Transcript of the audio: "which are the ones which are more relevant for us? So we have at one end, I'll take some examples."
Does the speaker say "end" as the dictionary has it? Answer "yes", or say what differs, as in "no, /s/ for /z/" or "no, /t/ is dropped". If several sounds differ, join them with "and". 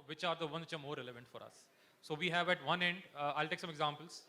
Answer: yes